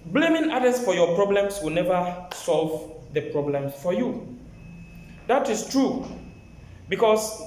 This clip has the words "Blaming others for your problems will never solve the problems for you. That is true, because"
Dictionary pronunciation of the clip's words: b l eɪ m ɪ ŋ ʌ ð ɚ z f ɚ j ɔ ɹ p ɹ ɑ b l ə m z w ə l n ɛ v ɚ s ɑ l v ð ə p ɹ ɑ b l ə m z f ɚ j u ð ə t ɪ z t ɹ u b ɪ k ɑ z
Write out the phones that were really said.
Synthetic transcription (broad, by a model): b l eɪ m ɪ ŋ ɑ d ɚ s f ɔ j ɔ p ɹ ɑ b l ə m s w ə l n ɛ v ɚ s ɑ l v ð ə p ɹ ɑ b l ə m f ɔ j u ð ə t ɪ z t ɹ u b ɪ k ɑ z